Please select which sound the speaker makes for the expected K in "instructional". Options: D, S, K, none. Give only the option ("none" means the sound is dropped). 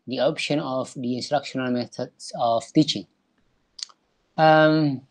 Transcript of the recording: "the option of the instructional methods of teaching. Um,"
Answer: K